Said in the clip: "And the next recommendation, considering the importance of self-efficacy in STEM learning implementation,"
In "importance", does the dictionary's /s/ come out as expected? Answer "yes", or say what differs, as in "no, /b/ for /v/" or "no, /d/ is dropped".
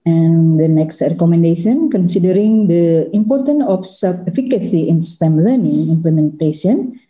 no, /s/ is dropped